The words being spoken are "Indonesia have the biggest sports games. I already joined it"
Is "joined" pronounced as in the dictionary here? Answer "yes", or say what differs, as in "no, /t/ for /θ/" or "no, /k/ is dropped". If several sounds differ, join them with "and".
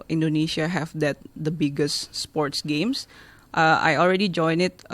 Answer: no, /d/ is dropped